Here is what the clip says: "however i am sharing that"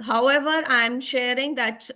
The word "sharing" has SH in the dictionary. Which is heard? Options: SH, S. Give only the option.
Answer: SH